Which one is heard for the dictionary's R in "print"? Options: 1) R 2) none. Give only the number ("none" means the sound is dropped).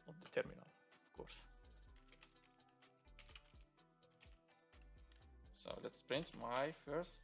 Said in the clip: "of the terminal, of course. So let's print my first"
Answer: 1